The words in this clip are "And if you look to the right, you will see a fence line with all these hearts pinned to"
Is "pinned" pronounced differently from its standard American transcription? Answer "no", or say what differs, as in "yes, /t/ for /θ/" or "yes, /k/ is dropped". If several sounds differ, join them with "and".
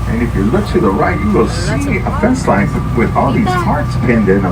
no